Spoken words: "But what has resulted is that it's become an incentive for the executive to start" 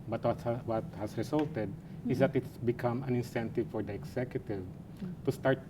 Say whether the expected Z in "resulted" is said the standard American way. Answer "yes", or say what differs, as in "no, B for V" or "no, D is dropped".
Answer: no, S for Z